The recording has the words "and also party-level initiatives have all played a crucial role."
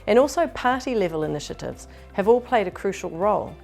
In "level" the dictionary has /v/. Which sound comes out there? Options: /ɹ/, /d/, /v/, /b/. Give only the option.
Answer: /v/